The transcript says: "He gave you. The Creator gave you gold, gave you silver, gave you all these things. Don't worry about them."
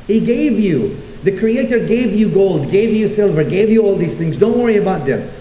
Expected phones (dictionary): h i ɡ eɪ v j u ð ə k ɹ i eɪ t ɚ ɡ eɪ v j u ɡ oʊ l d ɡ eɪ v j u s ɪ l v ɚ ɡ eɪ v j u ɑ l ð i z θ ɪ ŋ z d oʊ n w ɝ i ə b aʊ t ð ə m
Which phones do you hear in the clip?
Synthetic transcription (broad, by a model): h i ɡ eɪ v j u ð ə k ɹ i eɪ t ɚ ɡ eɪ v j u ɡ oʊ l d ɡ eɪ v j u s ɪ l v ɚ ɡ eɪ v j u ɑ l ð i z θ ɪ ŋ z d oʊ n w ɝ i ə b aʊ t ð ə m